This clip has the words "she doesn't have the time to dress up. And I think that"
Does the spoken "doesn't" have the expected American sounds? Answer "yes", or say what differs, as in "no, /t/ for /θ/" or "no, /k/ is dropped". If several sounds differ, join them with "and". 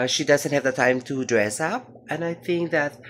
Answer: yes